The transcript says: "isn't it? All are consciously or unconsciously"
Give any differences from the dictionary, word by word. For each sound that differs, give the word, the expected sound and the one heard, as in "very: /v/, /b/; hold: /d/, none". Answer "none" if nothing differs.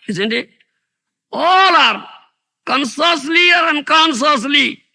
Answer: consciously: /ʃ/, /s/